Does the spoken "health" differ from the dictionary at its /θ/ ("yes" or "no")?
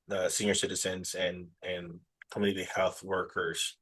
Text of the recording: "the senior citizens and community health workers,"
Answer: no